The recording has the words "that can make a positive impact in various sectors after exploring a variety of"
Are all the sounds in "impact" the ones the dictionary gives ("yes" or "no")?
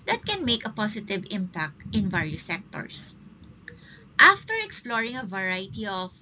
yes